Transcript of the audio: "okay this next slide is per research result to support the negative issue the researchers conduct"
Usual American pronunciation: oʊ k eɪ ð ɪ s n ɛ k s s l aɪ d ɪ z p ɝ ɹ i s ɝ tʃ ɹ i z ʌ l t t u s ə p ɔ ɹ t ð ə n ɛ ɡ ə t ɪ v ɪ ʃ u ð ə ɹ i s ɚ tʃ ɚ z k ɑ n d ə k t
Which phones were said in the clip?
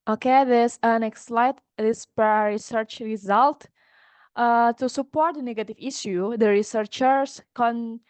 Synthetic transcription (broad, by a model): oʊ k eɪ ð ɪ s n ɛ k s s l aɪ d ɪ s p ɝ ɹ i s ɝ tʃ ɹ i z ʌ l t t u s ə p ɔ ɹ t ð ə n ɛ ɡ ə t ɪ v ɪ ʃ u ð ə ɹ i s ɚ tʃ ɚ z k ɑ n